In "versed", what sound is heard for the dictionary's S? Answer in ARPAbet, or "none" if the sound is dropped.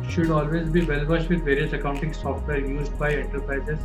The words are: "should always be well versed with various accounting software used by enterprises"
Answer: SH